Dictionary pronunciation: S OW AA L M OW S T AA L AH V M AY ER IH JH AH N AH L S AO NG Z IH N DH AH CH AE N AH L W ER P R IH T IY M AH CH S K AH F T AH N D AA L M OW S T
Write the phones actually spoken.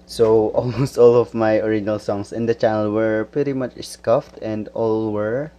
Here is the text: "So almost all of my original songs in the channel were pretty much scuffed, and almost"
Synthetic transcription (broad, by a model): S OW AA L M OW S T AA L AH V M AY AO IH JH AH N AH L S AO NG S IH N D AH CH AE N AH L W ER P R IH T IY M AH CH S K AH F T AH N D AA L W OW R